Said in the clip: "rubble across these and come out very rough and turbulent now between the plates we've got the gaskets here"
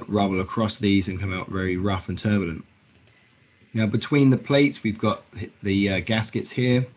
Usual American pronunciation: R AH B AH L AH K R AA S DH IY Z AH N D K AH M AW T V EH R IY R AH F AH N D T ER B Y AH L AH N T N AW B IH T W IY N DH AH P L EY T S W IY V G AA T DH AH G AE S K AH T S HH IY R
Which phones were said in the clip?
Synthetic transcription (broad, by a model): R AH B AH L AH K R AA S DH IY Z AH N K AH M AW T V EH R IY R AH F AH N T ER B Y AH L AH N T N AW B IH T W IY N DH AH P L EY T S W IY V G AA T DH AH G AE S K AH T S HH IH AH